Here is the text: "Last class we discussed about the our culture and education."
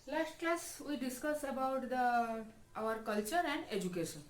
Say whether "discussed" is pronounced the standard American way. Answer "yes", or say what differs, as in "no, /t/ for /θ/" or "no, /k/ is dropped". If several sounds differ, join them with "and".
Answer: no, /t/ is dropped